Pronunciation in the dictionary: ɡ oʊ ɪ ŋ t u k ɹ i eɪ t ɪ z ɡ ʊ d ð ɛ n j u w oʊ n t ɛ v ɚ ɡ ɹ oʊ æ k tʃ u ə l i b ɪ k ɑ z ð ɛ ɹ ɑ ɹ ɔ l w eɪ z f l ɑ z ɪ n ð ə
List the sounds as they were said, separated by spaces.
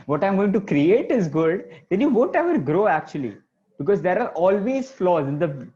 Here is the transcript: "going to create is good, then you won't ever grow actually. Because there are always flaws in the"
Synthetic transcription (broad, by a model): ɡ oʊ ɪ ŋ t u k ɹ i eɪ t ɪ z ɡ ʊ d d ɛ n j u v oʊ n t ɛ v ɚ ɡ ɹ oʊ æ k tʃ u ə l i b ɪ k ɑ z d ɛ ɹ ɑ ɹ ɔ l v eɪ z f l ɑ z ɪ n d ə